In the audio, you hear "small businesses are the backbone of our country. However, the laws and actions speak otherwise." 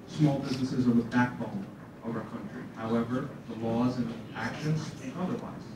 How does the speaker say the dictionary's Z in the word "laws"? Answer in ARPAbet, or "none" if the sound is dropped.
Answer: Z